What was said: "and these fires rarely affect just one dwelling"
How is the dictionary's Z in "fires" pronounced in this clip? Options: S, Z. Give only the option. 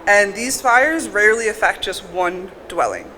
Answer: Z